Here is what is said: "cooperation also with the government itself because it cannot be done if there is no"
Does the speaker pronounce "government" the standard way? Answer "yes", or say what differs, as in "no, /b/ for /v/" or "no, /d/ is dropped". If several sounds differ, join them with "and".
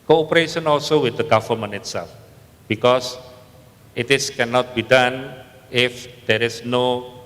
no, /t/ is dropped